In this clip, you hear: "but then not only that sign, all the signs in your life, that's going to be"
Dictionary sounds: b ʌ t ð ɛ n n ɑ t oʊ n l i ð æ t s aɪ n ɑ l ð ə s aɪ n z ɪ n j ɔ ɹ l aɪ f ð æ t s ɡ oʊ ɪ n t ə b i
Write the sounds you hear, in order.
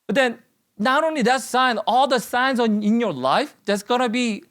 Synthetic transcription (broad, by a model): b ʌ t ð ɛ n n ɑ t oʊ n l i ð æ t s aɪ n ɑ l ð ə s aɪ n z ɪ n j ɔ ɹ l aɪ f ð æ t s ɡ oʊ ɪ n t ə b i